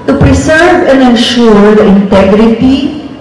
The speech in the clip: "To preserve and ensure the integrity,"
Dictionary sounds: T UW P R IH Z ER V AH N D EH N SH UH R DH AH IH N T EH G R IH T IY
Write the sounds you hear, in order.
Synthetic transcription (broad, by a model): T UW P R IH S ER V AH N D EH N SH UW R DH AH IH N T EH G R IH T IY